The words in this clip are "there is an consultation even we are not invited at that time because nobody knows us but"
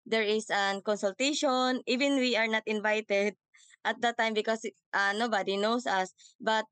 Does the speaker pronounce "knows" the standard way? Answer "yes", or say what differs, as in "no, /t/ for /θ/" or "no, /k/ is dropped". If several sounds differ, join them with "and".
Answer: no, /s/ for /z/